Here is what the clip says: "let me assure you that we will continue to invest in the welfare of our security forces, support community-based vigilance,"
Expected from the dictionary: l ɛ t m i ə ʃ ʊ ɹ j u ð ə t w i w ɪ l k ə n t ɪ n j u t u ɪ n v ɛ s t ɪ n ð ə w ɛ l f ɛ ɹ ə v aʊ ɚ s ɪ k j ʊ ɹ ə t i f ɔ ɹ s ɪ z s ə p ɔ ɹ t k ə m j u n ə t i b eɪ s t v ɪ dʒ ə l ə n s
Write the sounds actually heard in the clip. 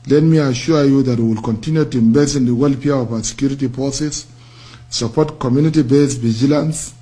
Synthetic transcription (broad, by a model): l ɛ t m i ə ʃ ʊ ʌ j u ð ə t w i w ɪ l k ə n t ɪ n j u t u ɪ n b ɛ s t ɪ n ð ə w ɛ l p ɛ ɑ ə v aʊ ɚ s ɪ k j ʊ ɹ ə t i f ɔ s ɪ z s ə p ɔ t k ə m j u n ə t i b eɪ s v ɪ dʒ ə l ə n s